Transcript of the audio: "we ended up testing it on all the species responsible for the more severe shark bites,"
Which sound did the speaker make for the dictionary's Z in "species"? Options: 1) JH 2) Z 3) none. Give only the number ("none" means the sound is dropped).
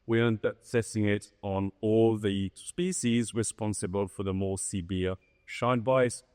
2